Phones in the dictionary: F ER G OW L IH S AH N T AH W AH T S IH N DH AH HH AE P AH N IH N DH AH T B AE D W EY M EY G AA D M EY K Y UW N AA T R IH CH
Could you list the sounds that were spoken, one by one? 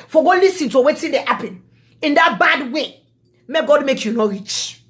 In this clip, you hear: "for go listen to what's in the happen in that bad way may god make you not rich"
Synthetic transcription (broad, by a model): F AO G OW L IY S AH N T AH W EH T IH N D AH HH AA P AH N IH N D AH T B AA D W EY M EY G AA D M EY K Y UW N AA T R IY CH